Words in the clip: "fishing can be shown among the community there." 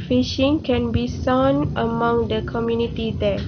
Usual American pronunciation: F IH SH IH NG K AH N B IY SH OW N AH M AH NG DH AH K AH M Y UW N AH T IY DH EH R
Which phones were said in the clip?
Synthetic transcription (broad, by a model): F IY SH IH NG K AH N B IY S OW N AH M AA NG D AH K AH M Y UW N AH T IY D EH